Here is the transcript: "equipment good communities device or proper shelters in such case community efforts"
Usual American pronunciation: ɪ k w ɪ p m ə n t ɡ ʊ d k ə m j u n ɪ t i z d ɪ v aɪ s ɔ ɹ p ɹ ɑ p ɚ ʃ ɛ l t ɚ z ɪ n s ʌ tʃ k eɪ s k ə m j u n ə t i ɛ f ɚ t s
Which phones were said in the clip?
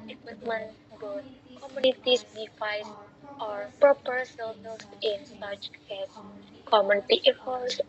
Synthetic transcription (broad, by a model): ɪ k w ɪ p m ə n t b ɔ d k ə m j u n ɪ t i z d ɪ f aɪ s ɔ ɹ p ɹ ɑ p ɚ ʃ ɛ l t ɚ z ɪ n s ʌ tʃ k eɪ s k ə m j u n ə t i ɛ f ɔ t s